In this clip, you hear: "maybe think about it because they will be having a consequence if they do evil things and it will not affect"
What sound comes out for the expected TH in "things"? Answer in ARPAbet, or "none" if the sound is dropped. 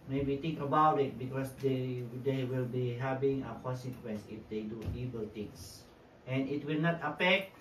T